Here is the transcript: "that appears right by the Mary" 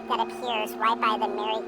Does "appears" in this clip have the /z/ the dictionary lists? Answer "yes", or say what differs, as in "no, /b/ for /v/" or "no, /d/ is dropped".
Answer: yes